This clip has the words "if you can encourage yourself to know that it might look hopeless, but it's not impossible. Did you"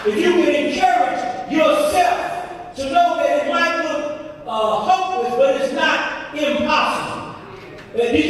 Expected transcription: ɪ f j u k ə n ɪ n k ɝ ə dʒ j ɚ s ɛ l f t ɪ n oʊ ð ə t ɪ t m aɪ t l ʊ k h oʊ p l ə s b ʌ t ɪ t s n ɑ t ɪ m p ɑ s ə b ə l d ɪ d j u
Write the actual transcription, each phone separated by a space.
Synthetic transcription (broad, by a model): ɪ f j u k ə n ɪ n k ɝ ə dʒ j ɚ s ɛ l f t ɪ n oʊ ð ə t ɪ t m aɪ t w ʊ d h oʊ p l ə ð b ʌ t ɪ t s n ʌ t ɪ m p ɑ s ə b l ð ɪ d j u